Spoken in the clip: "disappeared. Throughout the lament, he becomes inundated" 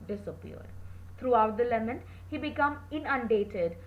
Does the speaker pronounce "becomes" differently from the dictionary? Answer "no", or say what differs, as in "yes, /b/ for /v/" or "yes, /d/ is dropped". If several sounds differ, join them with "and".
yes, /z/ is dropped